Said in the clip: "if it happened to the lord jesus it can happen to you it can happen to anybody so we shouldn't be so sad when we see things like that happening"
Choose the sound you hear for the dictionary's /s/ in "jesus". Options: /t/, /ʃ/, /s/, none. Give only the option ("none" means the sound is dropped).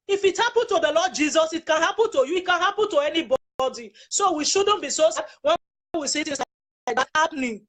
/s/